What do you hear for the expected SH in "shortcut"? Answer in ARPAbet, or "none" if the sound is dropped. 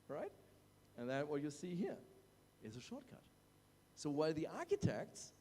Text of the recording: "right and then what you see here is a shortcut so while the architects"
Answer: SH